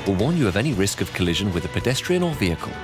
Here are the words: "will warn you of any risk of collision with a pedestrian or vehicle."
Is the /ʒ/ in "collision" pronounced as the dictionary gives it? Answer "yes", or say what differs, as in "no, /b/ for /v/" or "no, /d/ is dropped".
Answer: yes